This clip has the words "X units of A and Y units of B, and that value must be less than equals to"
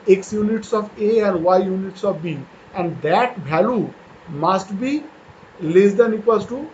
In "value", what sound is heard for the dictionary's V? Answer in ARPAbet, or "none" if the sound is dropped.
B